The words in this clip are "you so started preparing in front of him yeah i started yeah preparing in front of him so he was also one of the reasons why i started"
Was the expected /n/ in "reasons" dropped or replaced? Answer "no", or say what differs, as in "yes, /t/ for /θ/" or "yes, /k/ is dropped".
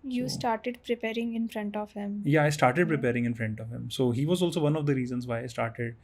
no